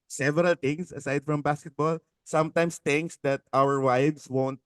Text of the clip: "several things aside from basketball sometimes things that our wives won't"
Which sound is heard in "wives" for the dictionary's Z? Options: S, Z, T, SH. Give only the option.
S